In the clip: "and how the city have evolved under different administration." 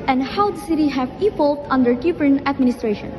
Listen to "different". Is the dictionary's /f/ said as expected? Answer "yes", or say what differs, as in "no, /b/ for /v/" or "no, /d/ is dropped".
no, /p/ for /f/